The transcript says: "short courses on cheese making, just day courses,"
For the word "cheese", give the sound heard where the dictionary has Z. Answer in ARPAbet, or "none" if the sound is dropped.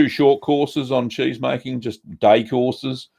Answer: Z